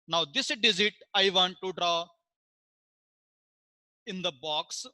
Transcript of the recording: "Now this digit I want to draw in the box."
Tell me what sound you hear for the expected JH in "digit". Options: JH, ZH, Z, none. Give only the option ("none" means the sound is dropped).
Z